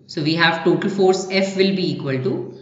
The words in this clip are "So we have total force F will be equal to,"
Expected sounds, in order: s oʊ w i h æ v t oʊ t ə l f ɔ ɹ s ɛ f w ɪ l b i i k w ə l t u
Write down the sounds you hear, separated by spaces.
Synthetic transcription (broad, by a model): s oʊ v i h æ v t oʊ t ə l f ɔ ɹ s ɛ f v ɪ l b i i k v ə l t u